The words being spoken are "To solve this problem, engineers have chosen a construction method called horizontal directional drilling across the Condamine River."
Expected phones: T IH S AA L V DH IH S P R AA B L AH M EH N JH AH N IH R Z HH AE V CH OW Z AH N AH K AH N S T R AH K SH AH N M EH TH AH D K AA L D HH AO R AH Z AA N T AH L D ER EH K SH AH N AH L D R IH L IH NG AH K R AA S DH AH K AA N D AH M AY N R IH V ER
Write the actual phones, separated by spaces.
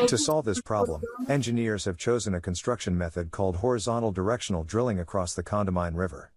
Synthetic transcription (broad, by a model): T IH S AA L V DH IH S P R AA B L AH M EH N JH AH N IH R Z HH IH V CH OW Z AH N AH K AH N S T R AH K SH AH N M EH TH AH D K AA L D HH AO R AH Z AA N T L D ER EH K SH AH N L D R IH L IH NG AH K R AA S DH AH K AA N D AH M AY N R IH V ER